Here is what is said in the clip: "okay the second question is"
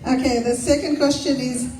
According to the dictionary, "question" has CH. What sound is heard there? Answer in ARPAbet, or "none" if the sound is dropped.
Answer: CH